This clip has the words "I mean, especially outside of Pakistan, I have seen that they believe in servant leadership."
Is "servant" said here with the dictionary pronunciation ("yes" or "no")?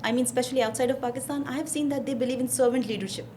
yes